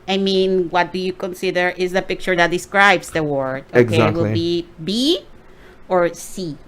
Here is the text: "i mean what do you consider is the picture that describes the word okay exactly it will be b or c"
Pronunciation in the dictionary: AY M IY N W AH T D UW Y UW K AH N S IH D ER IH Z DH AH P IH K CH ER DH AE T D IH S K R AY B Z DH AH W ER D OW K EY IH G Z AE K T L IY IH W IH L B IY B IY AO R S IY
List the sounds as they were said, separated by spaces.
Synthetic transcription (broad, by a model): AY M IY N W AH T D UW Y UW K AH N S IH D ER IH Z DH AH P IH K CH ER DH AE T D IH S K R AY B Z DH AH W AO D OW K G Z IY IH W IH L B IY B IY AO R S IY